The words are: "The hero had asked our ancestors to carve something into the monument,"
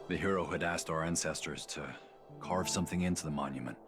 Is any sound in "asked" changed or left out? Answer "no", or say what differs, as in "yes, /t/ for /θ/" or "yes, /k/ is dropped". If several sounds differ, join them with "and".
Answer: no